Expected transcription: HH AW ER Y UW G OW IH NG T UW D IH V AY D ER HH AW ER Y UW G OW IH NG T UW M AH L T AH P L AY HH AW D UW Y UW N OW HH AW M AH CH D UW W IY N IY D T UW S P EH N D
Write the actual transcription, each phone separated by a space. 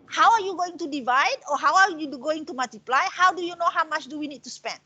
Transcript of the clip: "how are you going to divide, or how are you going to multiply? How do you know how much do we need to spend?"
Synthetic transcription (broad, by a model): HH AW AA Y UW G OW IH NG T UW D IH V AY D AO HH AW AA Y UW G OW IH NG T UW M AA L T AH P L AY HH AW D UW Y UW N OW HH AW M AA CH D UW W IY N IY D T UW S P EH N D